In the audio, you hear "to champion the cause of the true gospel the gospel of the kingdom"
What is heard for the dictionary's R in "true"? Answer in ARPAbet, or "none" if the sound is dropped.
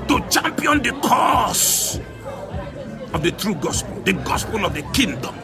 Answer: R